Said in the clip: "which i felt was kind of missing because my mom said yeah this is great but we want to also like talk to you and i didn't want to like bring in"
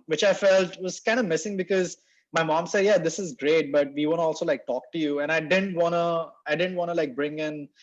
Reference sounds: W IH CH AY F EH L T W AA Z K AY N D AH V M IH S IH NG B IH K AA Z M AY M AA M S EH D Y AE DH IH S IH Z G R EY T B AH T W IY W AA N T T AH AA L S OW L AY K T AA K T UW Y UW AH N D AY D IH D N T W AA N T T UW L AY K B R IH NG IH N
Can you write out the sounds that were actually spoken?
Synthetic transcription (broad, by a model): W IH CH AY F EH L T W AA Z K AY N D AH M IH S IH NG B IH K AA Z M AY M AA M S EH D Y AE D IH S IH Z G R EY T B AH T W IY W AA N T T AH AA L S OW L AY K T AA K T UW Y UW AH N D AY D IH D N T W AA N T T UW L AY K B R IH NG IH N